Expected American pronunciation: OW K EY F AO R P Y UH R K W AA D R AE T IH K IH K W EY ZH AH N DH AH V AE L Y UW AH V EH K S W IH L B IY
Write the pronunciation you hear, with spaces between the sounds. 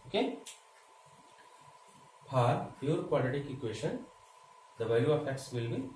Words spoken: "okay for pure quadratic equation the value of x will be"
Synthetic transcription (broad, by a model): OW K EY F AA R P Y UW R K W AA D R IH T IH K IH K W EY SH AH N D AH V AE Y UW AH F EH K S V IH L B IY